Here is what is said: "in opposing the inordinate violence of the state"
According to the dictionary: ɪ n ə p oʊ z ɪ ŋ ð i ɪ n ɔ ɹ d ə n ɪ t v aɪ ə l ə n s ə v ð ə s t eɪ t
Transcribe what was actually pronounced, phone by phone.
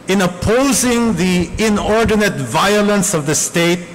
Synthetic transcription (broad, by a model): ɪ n ə p oʊ z ɪ ŋ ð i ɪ n ɔ ɹ d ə n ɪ t v aɪ ə l ə n s ə v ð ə s t eɪ t